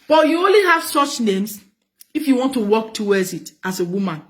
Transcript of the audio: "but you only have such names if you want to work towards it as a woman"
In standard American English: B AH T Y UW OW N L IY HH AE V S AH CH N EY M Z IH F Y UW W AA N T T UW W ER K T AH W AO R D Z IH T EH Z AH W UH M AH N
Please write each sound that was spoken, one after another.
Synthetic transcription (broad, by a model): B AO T Y UW OW N L IY HH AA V S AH CH N EY M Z IH F Y UW W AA N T T UW W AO K T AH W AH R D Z IH T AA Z AH W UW M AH N